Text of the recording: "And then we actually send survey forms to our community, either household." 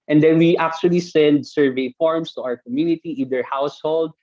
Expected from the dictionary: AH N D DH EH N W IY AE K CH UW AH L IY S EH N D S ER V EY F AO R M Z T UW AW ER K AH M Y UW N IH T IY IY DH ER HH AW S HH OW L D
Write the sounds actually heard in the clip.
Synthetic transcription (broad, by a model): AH N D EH N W IY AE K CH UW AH L IY S EH N D S ER V EY F AO R M S T UW AW ER K AH M Y UW N IH T IY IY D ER HH AW S HH OW L D